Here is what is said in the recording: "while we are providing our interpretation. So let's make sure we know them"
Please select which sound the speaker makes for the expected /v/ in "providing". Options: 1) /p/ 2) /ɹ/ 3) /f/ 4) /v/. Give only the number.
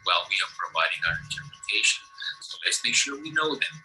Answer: 4